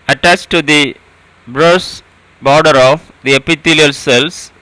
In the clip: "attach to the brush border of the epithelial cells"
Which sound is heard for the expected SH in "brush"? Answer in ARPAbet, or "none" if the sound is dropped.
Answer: S